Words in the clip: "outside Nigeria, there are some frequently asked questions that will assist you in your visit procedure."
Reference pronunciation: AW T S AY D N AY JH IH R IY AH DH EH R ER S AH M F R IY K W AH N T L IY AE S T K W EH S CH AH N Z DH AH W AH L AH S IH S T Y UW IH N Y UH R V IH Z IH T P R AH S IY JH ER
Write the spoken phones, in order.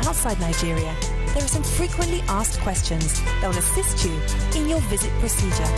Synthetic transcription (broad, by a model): AW T S AY D N AY JH IH R IY AH DH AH R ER S AH M F R IY K W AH N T L IY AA S K W EH S CH AH N Z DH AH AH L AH S IH S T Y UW IH N Y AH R V IH Z IH T P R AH S IY JH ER